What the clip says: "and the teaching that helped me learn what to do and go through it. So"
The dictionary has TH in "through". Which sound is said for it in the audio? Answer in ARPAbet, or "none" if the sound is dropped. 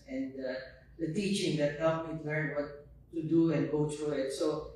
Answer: T